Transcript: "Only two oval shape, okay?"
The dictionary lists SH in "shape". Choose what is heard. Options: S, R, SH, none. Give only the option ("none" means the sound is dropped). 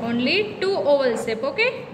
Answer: S